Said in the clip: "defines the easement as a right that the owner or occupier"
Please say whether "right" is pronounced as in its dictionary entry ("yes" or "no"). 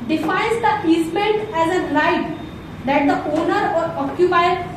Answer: no